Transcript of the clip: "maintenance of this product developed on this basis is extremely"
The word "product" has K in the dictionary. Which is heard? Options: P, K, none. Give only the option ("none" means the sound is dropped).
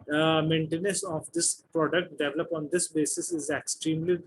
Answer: K